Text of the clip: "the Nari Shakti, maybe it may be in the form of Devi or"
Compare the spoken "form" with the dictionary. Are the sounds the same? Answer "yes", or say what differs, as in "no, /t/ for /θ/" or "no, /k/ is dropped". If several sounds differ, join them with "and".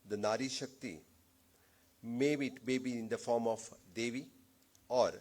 yes